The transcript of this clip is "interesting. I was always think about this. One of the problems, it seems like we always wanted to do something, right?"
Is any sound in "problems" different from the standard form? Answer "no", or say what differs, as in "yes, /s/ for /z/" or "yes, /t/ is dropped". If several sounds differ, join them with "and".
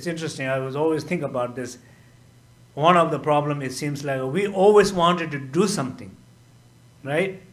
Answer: yes, /z/ is dropped